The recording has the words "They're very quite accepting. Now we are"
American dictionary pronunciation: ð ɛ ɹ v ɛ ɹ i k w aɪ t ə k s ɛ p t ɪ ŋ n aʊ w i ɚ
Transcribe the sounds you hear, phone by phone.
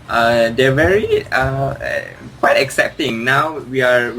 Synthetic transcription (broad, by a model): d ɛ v ɛ ɹ i k w aɪ t ə k s ɛ p t ɪ ŋ n aʊ w i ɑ